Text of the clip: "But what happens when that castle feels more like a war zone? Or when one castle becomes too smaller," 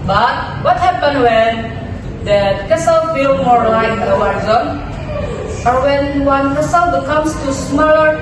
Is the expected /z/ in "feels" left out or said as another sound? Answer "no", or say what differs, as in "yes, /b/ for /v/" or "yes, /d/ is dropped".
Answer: yes, /z/ is dropped